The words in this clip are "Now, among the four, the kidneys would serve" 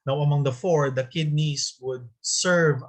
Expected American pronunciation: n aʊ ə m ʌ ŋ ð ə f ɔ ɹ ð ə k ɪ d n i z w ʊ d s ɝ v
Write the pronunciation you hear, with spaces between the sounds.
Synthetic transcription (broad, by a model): n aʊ ə m ʌ ŋ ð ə f ɔ ɹ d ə k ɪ d n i s w ʊ d s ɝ v